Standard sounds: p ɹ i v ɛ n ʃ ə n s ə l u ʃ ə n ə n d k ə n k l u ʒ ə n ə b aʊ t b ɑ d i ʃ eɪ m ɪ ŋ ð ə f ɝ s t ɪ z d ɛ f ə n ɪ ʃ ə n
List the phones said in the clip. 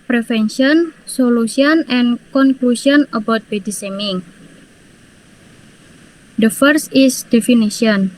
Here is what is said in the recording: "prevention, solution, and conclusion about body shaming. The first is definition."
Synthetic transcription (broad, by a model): p ɹ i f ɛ n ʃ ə n s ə l u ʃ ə n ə n k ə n k l u ʃ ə n ə b aʊ t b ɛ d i s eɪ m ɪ ŋ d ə f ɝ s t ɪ s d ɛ f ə n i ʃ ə n